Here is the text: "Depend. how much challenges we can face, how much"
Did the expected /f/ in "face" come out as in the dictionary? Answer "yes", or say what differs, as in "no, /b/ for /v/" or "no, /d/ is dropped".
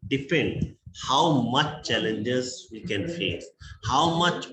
yes